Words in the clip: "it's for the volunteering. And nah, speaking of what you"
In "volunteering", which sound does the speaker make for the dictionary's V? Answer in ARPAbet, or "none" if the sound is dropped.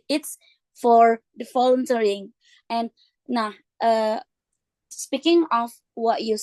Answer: F